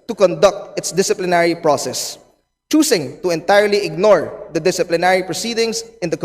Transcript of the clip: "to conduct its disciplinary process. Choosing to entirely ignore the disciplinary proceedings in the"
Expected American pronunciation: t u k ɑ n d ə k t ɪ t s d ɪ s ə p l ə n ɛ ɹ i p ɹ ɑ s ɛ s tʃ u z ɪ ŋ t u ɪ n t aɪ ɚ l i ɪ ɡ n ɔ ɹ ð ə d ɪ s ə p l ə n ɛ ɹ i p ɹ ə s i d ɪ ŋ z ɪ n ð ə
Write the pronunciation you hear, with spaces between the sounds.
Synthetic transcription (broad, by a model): t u k ɑ n d ə k t ɪ t s d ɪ s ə p l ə n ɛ ɹ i p ɹ ɑ s ɛ s tʃ u s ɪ ŋ t u ɪ n t aɪ ɚ l i ɪ ɡ n ɔ ɹ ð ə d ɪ s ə p l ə n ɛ ɹ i p ɹ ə s i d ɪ ŋ s ɪ n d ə